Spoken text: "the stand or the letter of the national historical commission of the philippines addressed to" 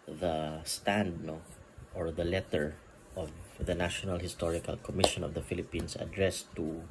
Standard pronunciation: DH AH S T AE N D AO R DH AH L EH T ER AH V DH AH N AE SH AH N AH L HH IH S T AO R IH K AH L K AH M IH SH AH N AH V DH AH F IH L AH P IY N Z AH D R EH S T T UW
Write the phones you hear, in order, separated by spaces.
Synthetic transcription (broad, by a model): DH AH S T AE N D AO R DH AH L EH T ER AH V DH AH N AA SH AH N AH L HH IH S T AO R IH K AH L K AH M IH SH AH N AH V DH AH F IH L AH P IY N S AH D R EH S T T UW